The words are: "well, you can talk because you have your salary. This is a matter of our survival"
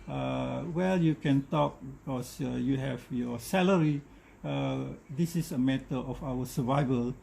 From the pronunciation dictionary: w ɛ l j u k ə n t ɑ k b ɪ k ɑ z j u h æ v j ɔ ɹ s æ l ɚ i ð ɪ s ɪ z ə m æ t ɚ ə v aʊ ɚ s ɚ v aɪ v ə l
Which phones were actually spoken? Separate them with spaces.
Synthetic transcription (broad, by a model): w ɛ l j u k ə n t ɑ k b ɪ k ɑ s j u h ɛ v j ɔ s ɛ l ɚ i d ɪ s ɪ s ə m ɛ t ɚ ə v aʊ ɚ s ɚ v aɪ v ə l